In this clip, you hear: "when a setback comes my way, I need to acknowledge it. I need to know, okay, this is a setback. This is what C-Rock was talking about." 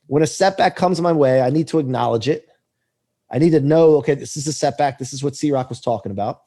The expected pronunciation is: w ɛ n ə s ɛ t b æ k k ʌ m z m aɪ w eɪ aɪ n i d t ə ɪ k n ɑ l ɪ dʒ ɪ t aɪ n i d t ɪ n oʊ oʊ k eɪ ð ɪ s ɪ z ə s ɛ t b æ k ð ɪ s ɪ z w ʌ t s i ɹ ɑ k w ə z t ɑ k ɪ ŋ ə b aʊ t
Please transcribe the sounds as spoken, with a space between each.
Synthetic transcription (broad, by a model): w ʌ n ə s ɛ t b æ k k ʌ m z m aɪ w eɪ aɪ n i d t ə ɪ k n ɑ l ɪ dʒ ɪ t aɪ n i d t ɪ n oʊ oʊ k eɪ ð ɪ s ɪ z ə s ɛ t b æ k ð ɪ s ɪ z w ʌ t s i ɹ ɑ k w ə z t ɑ k ɪ ŋ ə b aʊ t